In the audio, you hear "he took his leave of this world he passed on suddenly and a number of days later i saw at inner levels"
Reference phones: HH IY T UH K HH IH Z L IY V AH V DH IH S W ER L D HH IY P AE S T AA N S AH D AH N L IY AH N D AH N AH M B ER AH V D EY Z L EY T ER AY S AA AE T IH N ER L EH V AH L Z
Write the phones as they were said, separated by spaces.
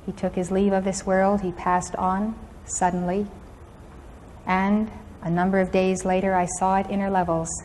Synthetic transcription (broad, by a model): HH IY T UH K HH IH Z L IY V AH V DH IH S W ER L D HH IY P AE S T N S AH D N L IY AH N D AH N AH M B ER AH V D EY Z L EY T ER AY S AA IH T IH N ER L EH V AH L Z